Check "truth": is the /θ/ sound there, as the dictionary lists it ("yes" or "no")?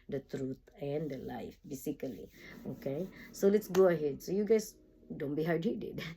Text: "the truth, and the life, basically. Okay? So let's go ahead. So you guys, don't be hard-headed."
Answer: no